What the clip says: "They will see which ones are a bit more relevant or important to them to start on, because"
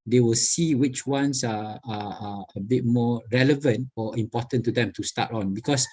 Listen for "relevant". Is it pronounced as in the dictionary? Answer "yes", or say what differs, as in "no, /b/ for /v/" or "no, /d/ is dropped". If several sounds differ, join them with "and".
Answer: yes